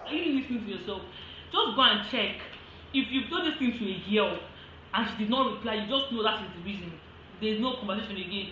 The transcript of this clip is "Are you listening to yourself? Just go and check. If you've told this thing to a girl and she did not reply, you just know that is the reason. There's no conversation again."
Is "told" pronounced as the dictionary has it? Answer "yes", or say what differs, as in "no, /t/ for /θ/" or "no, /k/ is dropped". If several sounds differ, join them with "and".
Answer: no, /l/ is dropped